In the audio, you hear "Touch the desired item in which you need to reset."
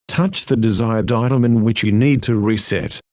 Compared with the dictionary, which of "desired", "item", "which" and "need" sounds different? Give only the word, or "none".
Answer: none